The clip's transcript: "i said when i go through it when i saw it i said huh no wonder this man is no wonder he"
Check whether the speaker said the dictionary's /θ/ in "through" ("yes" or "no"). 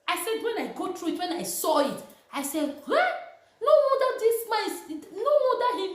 no